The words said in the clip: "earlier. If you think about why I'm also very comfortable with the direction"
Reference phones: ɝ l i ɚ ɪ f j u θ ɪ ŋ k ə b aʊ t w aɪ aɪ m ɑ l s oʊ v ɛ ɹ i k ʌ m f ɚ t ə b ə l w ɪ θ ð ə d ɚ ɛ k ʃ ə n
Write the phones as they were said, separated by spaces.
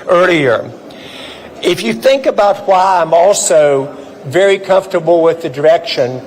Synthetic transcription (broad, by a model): ɝ l i ɚ ɪ f j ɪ θ ɪ ŋ k ə b aʊ t w aɪ aɪ m ɑ l s oʊ v ɛ ɹ i k ʌ m f t ə b l w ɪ ð ə d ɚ ɛ k ʃ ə n